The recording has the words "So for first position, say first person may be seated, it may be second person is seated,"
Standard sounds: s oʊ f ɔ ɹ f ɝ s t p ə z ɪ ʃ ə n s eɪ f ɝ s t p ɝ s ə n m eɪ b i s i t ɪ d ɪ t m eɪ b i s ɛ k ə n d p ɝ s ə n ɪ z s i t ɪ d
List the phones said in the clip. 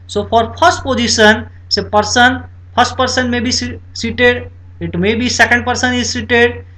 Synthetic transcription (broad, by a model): s oʊ p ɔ ɹ p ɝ s t p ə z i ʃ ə n s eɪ p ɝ s t p ɝ s ə n m eɪ b i s i t ɪ d ɪ t m eɪ b i s ɛ k ə n d p ɝ s ə n ɪ z s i t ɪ d